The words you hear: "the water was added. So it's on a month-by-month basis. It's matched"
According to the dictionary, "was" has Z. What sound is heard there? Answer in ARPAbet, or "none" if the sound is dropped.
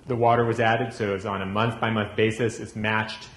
Z